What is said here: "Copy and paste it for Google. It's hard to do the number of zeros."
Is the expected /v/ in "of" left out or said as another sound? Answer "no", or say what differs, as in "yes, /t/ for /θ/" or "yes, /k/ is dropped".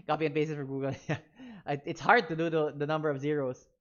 no